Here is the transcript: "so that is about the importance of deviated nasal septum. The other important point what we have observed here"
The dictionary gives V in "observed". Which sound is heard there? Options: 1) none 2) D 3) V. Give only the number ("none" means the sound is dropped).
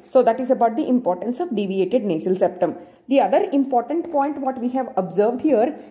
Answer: 3